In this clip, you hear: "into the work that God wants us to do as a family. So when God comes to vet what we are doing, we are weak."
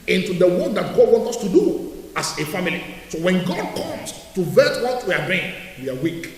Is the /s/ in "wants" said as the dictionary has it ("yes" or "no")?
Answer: no